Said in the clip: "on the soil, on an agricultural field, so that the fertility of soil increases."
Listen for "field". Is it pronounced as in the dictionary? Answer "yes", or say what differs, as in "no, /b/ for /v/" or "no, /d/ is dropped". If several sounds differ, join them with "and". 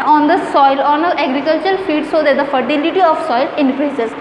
no, /l/ is dropped